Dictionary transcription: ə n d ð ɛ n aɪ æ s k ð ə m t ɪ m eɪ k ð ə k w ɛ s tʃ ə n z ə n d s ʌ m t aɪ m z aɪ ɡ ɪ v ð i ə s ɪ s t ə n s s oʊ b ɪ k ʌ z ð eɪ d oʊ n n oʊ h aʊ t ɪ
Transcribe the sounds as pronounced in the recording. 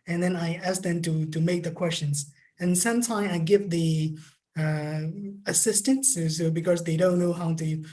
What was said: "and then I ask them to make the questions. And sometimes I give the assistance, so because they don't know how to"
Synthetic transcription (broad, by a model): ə n ð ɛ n aɪ æ s k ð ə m t ɪ m eɪ k ð ə k w ɛ s tʃ ə n z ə n s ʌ m t aɪ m aɪ ɡ ɪ v ð i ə s ɪ s t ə n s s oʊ b ɪ k ʌ z ð eɪ d oʊ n n oʊ h aʊ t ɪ